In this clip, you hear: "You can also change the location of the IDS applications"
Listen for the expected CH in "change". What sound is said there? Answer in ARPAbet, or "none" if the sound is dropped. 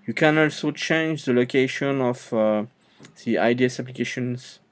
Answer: CH